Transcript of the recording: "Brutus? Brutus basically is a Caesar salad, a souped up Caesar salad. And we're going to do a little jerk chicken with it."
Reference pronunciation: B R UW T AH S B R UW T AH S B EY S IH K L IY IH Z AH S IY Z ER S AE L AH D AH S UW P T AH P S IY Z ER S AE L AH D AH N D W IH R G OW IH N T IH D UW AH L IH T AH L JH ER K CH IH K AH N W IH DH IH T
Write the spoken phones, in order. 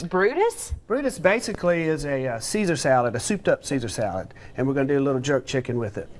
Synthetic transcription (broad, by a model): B R UW T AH S B R UW T AH S B EY S IH K L IY IH Z AH S IY Z ER S AE L AH D AH S UW P T AH P S IY Z ER S AE L AH D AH N W IH R G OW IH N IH D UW AH L IH T L JH ER K CH IH K AH N W IH DH IH T